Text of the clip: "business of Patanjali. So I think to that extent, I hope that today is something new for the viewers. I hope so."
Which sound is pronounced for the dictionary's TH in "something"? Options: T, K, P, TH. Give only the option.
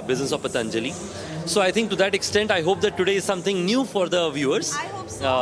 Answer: T